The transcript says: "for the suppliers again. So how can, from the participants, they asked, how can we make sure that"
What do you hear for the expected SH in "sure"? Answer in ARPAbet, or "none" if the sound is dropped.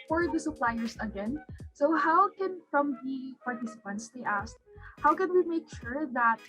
SH